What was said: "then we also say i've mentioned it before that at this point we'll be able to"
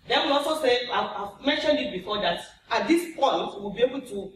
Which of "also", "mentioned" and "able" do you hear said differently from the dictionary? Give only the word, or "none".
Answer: none